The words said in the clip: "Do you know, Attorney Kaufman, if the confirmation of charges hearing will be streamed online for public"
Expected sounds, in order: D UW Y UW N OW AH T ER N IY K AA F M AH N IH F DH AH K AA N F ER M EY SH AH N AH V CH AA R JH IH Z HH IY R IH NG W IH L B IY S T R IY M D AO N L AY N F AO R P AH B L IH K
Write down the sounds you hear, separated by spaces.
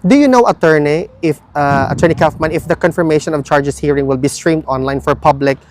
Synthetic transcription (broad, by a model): D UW Y UW N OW AH T ER N IY K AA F M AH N IH F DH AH K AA N F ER M EY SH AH N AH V CH AA R JH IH S HH IY R IH NG W IH L B IY S T R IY M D AO N L AY N F AO R P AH B L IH K